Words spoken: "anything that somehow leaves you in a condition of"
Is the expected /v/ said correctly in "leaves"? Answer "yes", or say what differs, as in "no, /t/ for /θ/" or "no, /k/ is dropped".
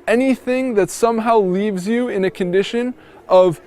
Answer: yes